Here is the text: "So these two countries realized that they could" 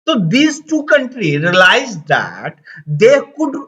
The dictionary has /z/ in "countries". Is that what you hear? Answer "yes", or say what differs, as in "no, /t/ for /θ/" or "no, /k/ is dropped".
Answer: no, /z/ is dropped